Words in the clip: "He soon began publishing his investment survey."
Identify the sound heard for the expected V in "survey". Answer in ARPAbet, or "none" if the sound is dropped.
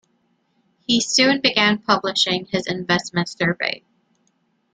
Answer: V